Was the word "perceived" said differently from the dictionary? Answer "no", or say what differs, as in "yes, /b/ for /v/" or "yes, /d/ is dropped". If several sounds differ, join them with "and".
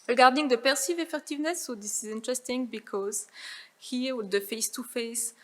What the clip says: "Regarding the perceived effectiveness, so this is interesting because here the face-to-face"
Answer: yes, /d/ is dropped